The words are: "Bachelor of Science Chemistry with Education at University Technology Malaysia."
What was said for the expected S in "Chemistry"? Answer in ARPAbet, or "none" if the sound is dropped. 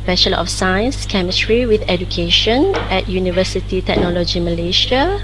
S